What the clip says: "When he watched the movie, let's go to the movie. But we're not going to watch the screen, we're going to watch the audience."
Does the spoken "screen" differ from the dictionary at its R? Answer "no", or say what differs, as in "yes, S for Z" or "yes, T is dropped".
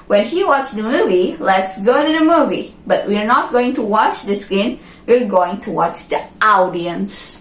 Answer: yes, R is dropped